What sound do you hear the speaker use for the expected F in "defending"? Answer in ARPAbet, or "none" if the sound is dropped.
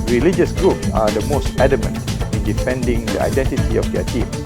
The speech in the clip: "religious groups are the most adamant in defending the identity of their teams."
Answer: F